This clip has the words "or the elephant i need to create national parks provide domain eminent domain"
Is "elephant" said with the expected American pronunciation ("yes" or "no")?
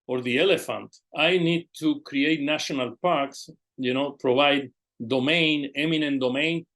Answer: yes